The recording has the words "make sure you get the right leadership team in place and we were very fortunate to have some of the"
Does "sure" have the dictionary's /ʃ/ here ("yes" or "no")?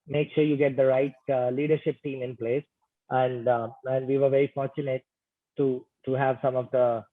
yes